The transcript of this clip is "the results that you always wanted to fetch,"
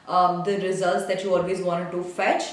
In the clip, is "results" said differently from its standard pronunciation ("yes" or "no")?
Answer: no